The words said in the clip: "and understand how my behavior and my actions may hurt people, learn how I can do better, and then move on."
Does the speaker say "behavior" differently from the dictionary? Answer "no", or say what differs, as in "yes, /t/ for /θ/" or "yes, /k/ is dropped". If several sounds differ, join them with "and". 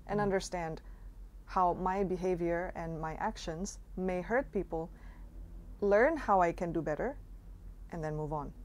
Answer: no